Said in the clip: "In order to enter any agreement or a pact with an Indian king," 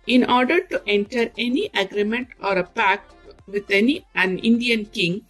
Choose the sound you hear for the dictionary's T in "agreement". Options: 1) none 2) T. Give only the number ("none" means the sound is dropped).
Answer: 2